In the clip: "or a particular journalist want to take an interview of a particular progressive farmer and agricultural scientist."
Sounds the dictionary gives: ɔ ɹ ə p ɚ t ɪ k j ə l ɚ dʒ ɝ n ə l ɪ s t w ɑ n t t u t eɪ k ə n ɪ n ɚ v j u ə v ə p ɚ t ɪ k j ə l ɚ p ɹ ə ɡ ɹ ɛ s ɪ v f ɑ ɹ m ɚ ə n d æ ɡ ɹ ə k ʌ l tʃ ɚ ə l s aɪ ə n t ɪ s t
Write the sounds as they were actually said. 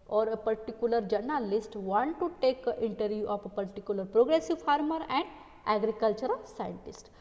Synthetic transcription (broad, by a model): ɔ ɹ ə p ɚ t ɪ k j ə l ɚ dʒ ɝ n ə l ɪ s t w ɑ n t t u t eɪ k ə n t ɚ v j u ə p ə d t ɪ k j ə l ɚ p ɹ ə ɡ ɹ ɛ s ɪ v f ɑ ɹ m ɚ ə n d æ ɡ ɹ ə k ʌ l tʃ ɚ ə l s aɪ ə n t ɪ s t